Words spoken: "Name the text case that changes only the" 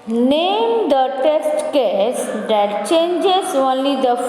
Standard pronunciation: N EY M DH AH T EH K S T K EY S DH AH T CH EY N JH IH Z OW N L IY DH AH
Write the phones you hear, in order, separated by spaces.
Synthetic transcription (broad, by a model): N EY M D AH T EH S T K EY S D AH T CH EY N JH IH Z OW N L IY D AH